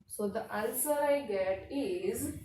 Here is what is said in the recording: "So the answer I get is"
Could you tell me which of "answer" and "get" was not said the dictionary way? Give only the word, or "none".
answer